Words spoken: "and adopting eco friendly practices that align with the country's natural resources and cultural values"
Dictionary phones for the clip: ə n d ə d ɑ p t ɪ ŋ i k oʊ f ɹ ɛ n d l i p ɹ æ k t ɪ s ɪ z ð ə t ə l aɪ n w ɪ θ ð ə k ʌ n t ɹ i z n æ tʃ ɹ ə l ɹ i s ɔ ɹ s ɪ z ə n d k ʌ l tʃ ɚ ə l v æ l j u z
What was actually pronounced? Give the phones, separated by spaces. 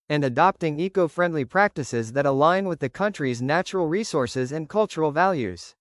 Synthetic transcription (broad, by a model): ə n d ə d ɑ p t ɪ ŋ i k oʊ f ɹ ɛ n d l i p ɹ æ k t ɪ s ɪ z ð ə t ə l aɪ n w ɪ ð ə k ʌ n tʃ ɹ i z n æ tʃ ɹ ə l ɹ i s ɔ ɹ s ɪ z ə n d k ʌ l tʃ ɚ l v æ l j u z